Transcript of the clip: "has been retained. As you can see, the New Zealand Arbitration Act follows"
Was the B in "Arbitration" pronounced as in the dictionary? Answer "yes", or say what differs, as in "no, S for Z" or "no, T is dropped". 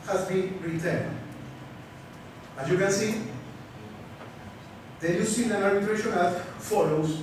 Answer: no, B is dropped